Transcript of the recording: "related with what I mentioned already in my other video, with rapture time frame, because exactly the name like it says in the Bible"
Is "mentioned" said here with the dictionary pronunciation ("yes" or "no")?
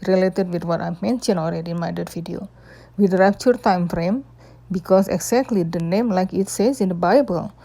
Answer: no